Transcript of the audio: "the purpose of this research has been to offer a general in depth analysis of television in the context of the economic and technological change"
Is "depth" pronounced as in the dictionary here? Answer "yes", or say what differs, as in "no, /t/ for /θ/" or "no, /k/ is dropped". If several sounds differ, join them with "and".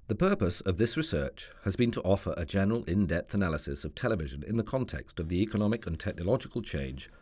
yes